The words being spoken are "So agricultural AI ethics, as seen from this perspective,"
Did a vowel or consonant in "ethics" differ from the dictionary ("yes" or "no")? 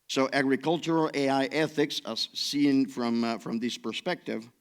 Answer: no